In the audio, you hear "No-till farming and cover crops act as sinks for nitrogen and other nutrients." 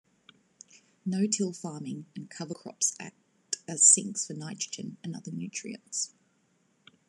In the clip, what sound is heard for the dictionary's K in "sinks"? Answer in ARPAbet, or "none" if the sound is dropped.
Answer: K